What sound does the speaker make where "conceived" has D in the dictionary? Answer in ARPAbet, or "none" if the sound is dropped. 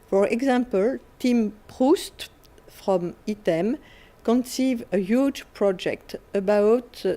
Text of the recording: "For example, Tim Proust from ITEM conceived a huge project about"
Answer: none